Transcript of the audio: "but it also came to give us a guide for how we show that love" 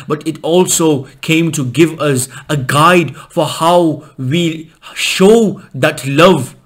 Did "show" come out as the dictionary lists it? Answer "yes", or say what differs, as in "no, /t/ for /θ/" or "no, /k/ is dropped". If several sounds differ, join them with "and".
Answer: yes